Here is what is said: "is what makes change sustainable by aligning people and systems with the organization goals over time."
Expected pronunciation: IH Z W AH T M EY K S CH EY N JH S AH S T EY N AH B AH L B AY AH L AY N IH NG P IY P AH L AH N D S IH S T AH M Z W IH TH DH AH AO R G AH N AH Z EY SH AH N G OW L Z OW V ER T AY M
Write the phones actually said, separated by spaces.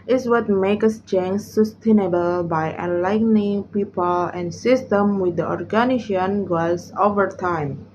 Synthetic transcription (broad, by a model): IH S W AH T M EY K S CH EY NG S AH S T EY N AH B AH L B AY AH L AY N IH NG P IY P AH L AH N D S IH S T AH M W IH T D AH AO R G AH N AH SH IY AH N G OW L S OW V ER T AY M